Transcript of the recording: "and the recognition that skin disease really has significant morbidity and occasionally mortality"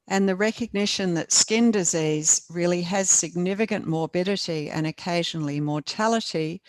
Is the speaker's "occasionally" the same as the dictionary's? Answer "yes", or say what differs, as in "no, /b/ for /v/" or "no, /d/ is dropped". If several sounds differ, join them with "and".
yes